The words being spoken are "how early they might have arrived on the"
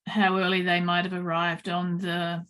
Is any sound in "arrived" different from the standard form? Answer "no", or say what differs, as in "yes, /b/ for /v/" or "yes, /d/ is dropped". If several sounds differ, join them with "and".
no